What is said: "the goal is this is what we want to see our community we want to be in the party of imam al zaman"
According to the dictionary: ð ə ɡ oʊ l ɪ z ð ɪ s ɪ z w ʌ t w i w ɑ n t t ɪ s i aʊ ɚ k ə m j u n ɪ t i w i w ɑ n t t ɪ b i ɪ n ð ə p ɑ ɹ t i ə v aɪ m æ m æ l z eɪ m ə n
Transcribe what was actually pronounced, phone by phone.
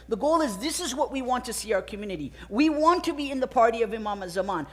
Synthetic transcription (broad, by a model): ð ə ɡ oʊ l ɪ z ð ɪ s ɪ z w ʌ t w i w ɑ n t t ɪ s i aʊ ɚ k ə m j u n ɪ t i w i w ɑ n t t ɪ b i ɪ n ð ə p ɑ ɹ t i ə v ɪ m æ m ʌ z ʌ m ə n